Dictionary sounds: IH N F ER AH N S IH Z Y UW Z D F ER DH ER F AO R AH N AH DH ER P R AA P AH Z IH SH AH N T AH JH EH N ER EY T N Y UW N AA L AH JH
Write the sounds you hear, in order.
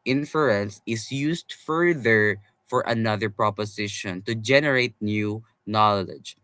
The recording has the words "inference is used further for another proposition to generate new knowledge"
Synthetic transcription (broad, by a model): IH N F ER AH N S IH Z Y UW S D F ER DH ER F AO R AH N AH DH ER P R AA P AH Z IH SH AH N T AH JH EH N ER EY T N Y UW N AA L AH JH